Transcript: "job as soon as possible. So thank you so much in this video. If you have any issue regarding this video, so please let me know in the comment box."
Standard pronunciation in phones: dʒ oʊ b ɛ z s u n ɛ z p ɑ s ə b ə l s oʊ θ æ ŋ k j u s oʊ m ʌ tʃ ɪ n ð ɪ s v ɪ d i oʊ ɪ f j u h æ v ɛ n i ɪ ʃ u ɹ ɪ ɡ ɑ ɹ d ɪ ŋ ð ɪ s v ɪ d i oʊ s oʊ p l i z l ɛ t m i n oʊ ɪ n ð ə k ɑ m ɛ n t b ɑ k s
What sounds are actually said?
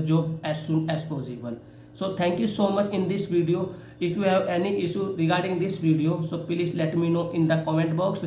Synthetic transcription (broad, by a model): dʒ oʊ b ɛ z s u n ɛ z p ɑ s ə b ə l s oʊ t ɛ ŋ k j u s oʊ m ʌ tʃ ɪ n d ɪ s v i d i oʊ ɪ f j u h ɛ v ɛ n i ɪ ʃ u ɹ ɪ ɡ ɑ ɹ d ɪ ŋ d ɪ s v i d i oʊ s oʊ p l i s l ɛ t m i n oʊ ɪ n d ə k ɑ m ɛ n t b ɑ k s